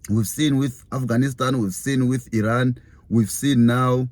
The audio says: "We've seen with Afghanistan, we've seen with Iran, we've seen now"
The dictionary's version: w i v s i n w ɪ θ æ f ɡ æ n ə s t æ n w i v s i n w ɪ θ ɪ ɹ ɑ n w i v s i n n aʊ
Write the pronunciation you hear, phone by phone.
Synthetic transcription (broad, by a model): w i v s i n w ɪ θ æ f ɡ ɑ n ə s t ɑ n w i v s i n w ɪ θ ɪ ɹ ɑ n w i v s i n n aʊ